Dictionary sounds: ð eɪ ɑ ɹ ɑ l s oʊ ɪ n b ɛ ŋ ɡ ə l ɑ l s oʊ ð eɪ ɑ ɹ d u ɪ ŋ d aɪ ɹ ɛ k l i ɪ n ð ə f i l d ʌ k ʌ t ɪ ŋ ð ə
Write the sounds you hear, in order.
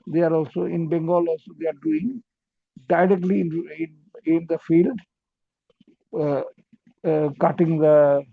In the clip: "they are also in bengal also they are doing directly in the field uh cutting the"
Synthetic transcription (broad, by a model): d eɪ ɑ ɹ ɑ l s oʊ ɪ n b ɛ ŋ ɡ ə l ɑ l s oʊ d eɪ ɑ ɹ d u ɪ ŋ d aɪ ɹ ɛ k l i ɪ n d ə f i l d k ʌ t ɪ ŋ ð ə